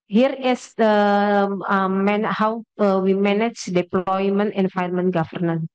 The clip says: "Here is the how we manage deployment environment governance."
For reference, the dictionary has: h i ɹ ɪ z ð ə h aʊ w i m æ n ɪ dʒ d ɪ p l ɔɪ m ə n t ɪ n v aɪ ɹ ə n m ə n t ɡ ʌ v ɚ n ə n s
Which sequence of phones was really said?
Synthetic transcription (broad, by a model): h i ɹ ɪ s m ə h aʊ w i m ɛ n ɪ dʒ d ɪ p l ɔɪ m ə n t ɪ n f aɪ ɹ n m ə n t ɡ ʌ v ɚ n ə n